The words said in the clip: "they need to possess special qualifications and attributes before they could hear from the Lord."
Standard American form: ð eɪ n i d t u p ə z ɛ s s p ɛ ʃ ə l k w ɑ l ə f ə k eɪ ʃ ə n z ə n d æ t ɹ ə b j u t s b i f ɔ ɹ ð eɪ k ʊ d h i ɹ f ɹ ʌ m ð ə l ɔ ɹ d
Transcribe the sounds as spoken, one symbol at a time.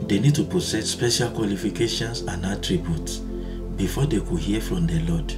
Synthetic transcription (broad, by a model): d eɪ n i d t u p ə s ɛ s s p ɛ ʃ ə l k w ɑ l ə f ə k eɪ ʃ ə n s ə n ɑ t ɹ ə b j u t s b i f ɔ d eɪ k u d h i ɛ f ɹ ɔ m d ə l ɔ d